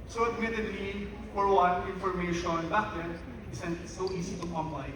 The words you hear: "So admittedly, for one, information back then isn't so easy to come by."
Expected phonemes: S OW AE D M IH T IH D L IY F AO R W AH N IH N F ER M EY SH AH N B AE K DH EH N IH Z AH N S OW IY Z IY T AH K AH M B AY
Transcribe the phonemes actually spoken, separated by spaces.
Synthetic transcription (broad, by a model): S OW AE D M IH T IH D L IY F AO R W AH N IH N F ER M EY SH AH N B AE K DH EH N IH S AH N S OW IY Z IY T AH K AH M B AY